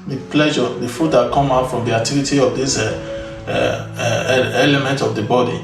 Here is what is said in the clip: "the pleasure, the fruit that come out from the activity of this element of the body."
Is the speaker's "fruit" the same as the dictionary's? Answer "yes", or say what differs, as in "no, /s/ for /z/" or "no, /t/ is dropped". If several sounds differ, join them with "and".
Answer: no, /ɹ/ is dropped